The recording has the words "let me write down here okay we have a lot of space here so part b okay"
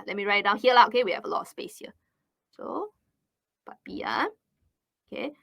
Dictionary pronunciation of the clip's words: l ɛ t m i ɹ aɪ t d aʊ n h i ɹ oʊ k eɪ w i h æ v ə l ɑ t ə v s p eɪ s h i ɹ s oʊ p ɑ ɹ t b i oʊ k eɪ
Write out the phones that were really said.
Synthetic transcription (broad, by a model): l ɛ t m i ɹ aɪ t d aʊ n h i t oʊ k eɪ w i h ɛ v ə l ɑ t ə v s p eɪ s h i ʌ s oʊ b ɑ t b i oʊ k eɪ